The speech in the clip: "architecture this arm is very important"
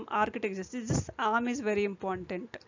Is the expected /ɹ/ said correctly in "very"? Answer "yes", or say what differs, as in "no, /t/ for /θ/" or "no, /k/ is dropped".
yes